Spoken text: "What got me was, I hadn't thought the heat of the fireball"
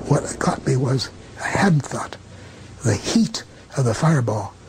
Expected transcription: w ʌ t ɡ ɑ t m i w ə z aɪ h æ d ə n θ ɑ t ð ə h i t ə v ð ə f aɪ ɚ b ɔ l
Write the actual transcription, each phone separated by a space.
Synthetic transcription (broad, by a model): w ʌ t ɡ ɑ t m i w ə z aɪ h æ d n θ ɑ t ð ə h i t ə v ð ə f aɪ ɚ b ɔ l